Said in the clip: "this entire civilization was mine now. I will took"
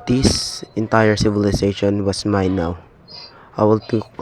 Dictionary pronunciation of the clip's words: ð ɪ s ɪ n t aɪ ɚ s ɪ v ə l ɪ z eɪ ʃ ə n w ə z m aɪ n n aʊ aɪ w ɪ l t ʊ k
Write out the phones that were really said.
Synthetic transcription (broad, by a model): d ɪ s ɪ n t aɪ ɚ s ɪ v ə l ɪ s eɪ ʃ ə n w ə s m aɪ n n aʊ aɪ w ɪ l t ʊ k